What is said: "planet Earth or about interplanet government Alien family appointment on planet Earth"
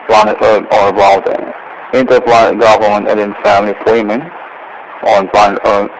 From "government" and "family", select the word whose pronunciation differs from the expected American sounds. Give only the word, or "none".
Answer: none